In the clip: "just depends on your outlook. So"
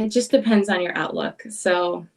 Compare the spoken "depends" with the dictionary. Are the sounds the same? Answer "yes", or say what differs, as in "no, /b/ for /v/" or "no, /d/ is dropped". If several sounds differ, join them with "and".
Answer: yes